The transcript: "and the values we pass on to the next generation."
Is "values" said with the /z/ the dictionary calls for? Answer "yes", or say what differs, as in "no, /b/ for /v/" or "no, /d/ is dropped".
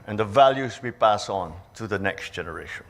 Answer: yes